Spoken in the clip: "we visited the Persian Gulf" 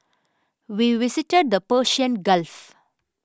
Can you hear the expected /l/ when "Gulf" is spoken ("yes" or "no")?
yes